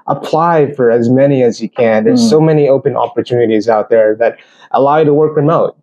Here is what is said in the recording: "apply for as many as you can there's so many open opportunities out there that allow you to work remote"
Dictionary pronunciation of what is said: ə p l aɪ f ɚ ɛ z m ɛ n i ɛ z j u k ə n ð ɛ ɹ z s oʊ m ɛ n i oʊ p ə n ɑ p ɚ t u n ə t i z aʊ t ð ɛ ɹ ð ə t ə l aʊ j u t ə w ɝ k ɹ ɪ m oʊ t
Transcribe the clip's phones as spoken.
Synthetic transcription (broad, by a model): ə p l aɪ f ɚ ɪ z m ɛ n i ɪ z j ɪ k ə n ð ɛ ɹ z s oʊ m ɛ n i oʊ p ə n ɑ p ɚ t u n ə t i z aʊ t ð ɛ ɹ ð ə t ə l aʊ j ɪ t ə w ɝ k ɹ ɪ m oʊ t